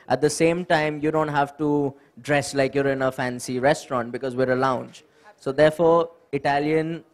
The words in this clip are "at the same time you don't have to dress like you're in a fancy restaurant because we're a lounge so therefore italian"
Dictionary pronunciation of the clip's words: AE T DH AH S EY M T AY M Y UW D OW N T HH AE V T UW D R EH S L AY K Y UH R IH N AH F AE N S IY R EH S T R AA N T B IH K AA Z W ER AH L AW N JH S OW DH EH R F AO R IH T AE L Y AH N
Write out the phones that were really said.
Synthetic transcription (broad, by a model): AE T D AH S EY M T AY M Y UW D OW N T HH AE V T UW D R EH S L AY K Y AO R IH N AH F AE N S IY R EH S T R AA N T B IH K AA Z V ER AH L AW N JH S OW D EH R F AO R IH T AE L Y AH N